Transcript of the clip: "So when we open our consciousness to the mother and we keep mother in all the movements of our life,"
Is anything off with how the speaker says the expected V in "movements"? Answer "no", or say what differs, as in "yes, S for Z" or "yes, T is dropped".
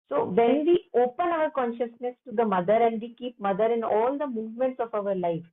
no